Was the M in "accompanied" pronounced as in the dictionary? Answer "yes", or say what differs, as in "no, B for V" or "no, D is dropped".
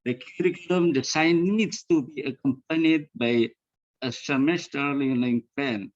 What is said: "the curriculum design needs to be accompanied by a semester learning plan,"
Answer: yes